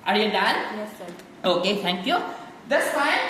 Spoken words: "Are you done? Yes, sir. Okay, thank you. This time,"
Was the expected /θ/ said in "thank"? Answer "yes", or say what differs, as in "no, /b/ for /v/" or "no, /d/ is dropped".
no, /t/ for /θ/